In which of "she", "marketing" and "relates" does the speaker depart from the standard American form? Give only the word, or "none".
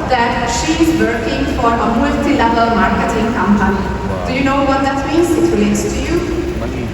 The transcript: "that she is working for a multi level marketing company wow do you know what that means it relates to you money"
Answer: none